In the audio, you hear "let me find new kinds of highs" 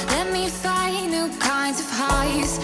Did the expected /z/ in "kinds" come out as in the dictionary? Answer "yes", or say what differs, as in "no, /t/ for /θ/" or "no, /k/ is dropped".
yes